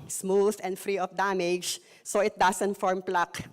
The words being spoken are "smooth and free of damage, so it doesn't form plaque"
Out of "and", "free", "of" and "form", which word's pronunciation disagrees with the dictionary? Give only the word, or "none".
of